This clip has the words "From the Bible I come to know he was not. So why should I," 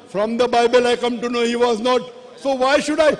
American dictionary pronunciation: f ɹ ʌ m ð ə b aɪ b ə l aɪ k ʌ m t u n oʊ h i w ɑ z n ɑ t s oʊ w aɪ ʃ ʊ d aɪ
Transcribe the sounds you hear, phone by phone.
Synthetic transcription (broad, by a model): f ɹ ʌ m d ə b aɪ b ə l aɪ k ʌ m t u n oʊ h i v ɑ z n ɑ t s oʊ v aɪ ʃ ʊ d aɪ